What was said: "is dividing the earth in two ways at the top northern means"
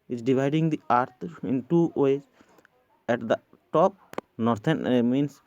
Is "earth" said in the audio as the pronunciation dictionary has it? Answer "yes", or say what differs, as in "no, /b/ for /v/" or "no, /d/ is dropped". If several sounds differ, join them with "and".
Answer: no, /t/ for /θ/